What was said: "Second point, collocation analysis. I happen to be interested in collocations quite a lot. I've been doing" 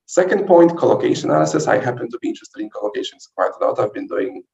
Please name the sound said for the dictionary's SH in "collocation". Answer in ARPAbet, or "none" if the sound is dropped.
none